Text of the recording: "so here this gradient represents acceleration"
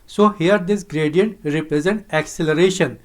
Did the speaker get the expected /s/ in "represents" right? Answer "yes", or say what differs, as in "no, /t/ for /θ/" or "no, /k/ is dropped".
no, /s/ is dropped